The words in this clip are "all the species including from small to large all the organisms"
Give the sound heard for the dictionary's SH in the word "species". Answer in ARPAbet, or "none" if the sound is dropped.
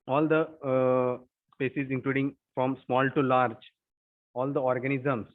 S